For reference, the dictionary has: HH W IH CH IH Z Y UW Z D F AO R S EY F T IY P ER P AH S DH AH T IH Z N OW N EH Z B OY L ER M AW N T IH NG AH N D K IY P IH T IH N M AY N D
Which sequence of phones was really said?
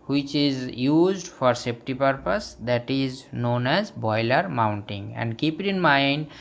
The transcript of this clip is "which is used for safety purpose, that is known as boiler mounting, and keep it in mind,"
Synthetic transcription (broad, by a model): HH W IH CH IH Z Y UW Z D F AO R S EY P T IY P ER P AH S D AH T IH Z N OW N EH Z B OY L ER M AW N T IH NG AH N D K IY P IH T IH N M AY N D